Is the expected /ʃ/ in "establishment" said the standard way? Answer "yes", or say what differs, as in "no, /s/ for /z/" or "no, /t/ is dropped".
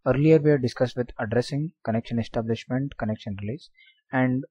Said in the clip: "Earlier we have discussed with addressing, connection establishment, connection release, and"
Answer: yes